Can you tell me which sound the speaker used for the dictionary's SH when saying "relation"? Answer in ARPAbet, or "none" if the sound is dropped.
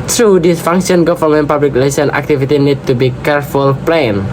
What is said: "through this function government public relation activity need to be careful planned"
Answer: S